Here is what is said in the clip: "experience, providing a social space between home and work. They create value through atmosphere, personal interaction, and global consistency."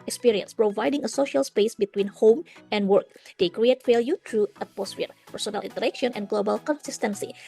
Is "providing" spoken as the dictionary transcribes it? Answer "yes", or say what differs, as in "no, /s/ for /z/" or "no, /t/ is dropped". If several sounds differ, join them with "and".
yes